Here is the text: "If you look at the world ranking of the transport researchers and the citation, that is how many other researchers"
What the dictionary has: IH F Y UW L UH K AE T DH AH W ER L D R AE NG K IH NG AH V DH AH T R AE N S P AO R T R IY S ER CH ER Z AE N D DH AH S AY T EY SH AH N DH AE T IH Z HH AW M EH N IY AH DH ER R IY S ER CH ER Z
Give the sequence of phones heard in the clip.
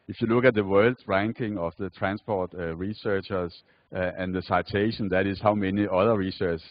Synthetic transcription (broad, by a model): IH F Y UW L UH K AE T DH AH W ER L D R AE NG K IH NG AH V DH AH T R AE N S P AO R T R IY S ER CH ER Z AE N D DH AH S AY T EY SH AH N DH AE T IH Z HH AW M EH N IY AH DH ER R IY S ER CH